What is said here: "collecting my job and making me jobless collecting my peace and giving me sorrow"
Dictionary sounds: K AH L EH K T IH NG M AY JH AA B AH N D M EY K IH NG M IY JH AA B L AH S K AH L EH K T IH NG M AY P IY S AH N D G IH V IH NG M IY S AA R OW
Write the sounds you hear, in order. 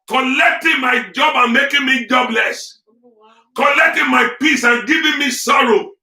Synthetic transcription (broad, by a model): K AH L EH K T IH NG M AY JH AA B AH N M EY K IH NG M IY JH AA B L AH S K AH L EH K T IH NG M AY P IY S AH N G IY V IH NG M IY S AA R OW